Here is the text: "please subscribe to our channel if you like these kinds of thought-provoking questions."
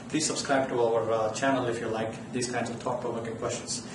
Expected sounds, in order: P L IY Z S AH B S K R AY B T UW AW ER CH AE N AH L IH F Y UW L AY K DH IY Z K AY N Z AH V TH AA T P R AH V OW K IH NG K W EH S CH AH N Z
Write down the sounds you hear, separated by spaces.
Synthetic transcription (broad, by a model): P L IY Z S AH B S K R AY B T UW AW ER CH AE N AH L IH F Y UW L AY K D IY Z K AY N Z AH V T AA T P AH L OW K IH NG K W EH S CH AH N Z